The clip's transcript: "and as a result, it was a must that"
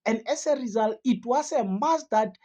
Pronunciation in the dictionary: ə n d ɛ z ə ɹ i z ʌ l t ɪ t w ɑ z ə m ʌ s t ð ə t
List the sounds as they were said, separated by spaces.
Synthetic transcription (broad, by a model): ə n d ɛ s ə ɹ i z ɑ l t ɪ t w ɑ s ə m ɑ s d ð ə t